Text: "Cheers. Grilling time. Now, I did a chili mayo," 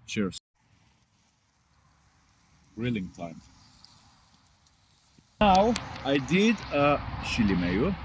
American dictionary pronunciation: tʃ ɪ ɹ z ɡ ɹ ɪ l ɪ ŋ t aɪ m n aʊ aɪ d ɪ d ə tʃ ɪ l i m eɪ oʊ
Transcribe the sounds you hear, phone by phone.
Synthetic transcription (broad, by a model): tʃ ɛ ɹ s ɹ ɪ l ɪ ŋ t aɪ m n aʊ aɪ d ɪ d ə ʃ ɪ l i m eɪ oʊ